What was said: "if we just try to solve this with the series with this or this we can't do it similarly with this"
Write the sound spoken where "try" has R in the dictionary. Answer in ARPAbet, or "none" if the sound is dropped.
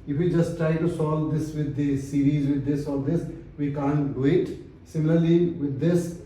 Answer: R